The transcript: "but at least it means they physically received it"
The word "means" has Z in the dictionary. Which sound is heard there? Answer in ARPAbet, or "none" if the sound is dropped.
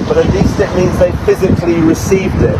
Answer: Z